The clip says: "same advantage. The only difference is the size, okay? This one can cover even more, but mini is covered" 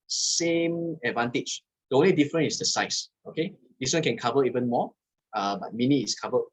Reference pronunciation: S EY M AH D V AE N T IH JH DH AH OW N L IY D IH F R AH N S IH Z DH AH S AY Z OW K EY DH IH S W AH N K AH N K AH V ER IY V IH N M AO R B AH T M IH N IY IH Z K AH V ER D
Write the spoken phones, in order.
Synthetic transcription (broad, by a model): S EY M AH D V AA N T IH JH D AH OW N L IY D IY F R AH N IH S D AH S AY S OW K EY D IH S W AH N K AH N K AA V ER IY V IH N M AO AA B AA T M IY N IY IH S K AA V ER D